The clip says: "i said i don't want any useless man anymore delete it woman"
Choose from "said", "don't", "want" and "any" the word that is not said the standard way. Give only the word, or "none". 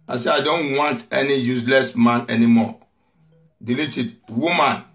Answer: said